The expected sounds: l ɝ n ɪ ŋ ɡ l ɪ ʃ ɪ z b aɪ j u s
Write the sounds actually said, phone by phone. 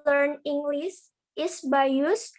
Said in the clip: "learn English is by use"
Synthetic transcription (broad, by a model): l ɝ n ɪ ŋ ɡ l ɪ s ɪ s b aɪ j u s